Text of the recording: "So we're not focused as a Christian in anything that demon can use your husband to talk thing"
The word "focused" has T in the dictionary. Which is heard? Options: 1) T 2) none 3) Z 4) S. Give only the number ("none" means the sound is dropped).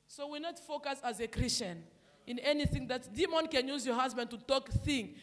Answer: 2